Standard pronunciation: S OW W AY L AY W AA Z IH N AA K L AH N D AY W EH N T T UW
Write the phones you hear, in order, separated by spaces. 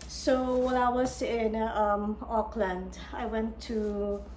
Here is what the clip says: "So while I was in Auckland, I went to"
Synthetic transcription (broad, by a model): S OW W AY N AY W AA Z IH N AA K L AH N D AY W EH N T T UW